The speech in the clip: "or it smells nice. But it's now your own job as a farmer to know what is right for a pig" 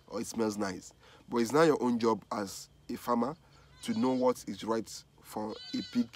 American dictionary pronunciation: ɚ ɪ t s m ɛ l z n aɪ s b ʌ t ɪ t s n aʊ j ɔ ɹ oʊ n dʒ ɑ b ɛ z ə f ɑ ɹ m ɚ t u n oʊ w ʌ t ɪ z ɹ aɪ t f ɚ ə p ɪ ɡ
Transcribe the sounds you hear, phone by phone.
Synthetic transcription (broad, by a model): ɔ ɪ t s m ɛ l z n aɪ s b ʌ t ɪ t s n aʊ j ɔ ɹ oʊ n dʒ ɑ b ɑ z ə f ɑ m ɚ t u n oʊ w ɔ t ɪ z ɹ aɪ t f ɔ ə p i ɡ